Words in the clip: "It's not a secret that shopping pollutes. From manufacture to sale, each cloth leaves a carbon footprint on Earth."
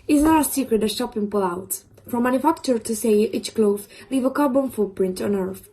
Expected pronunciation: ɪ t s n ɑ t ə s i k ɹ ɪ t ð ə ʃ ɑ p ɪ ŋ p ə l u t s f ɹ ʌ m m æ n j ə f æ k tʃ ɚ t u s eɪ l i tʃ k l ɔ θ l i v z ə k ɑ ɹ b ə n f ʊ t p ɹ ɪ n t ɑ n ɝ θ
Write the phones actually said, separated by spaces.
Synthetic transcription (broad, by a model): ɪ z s n ɑ t ə s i k ɹ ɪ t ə ʃ ɑ p ɪ ŋ p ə l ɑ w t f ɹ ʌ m m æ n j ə f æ k tʃ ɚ t u s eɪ i tʃ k l ɔ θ l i v ə k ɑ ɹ b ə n f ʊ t p ɹ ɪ n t ɑ n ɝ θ